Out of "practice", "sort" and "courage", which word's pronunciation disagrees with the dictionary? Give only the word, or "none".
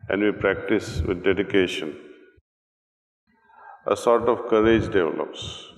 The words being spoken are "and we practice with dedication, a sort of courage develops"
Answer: none